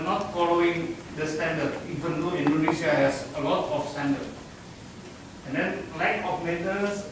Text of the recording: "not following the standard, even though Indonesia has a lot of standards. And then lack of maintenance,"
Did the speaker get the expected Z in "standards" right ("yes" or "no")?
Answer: no